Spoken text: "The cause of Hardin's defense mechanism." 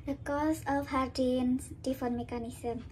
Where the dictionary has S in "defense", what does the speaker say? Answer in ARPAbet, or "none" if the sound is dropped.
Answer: none